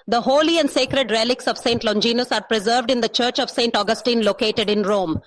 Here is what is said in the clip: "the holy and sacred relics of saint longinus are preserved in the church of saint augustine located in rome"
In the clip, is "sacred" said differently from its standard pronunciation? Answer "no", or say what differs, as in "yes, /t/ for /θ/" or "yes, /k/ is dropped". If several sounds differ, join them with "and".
no